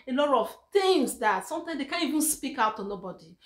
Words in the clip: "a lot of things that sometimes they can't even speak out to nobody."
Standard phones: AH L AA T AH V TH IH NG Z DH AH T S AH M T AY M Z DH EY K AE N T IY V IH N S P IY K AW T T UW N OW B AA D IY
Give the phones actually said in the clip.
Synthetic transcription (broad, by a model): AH L AA T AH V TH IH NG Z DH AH T S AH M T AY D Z EY K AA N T IY V IH N S P IY K AW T T UW N OW B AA D IY